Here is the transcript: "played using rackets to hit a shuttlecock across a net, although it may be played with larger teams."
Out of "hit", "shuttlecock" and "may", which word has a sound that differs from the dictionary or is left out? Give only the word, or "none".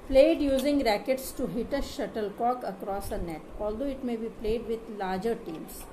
none